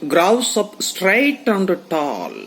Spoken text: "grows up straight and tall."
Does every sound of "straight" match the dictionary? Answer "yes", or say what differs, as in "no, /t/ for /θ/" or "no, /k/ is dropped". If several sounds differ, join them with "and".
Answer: yes